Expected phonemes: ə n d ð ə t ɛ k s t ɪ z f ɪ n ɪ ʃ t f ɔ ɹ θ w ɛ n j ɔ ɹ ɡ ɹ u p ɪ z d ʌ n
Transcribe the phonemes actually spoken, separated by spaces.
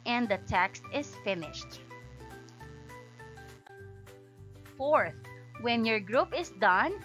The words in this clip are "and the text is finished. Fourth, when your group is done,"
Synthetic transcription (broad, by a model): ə n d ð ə t ɛ k s t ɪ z f ɪ n ɪ ʃ t f ɔ ɹ θ w ɛ n j ɔ ɹ ɡ ɹ u p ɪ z d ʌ n